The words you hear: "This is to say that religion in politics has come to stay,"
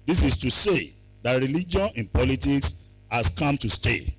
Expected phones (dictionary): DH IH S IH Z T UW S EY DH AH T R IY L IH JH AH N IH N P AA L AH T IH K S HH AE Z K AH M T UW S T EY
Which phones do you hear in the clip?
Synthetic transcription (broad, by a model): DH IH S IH S T UW S EY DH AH T R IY L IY JH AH N IH N P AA L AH T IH K S HH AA S K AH M T UW S T EY